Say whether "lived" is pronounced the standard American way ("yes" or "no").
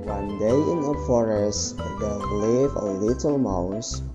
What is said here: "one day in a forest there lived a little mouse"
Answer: no